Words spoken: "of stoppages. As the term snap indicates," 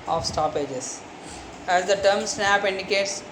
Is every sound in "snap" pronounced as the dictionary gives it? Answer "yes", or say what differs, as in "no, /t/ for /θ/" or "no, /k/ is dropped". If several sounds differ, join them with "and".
yes